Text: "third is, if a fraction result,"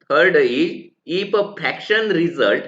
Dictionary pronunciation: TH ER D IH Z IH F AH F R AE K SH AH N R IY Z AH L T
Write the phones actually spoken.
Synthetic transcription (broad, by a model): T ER D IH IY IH P AH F AE K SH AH N R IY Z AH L T